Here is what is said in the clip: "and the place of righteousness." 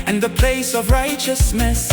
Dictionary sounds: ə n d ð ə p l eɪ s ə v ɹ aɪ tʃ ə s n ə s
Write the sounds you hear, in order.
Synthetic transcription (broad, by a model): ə n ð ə p l eɪ s ə v ɹ aɪ tʃ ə s n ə s